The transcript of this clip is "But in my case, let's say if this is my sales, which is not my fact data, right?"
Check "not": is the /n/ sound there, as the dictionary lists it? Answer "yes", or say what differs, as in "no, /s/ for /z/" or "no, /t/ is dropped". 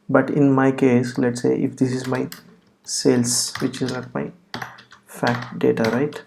no, /l/ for /n/